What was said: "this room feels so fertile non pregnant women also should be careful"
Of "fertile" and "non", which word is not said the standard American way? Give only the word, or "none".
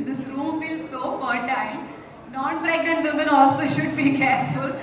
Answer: fertile